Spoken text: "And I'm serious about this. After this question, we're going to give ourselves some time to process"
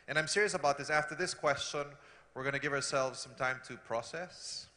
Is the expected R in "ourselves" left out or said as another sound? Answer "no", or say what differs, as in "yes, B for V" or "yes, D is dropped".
no